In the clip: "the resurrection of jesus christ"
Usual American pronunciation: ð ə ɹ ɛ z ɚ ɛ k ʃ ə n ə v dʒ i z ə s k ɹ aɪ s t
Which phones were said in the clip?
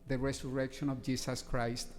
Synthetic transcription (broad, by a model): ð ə ɹ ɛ s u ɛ k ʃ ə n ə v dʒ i s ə s k ɹ aɪ s t